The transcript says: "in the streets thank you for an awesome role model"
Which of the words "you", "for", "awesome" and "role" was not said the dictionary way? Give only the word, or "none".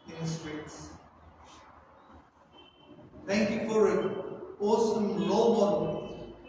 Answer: role